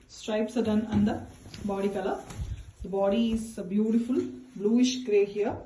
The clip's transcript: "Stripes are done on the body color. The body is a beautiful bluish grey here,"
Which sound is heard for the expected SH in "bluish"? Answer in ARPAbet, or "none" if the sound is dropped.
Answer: SH